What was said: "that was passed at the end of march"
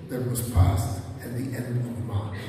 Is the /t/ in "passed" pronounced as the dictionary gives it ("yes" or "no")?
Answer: yes